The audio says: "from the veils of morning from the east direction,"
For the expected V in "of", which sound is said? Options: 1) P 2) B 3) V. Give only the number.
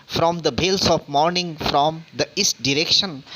1